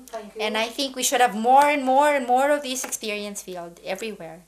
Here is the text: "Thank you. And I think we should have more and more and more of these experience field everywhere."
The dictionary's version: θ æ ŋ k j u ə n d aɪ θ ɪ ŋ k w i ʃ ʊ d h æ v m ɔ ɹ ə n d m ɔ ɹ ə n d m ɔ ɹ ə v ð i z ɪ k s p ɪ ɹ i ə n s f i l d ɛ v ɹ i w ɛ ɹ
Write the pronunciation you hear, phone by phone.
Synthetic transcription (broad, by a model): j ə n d aɪ θ ɪ ŋ k w i ʃ ʊ d h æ v m ɔ ɹ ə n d m ɔ ɹ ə n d m ɔ ɹ ə v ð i s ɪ k s p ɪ ɹ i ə n s f i l d ɛ v ɹ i w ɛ ɹ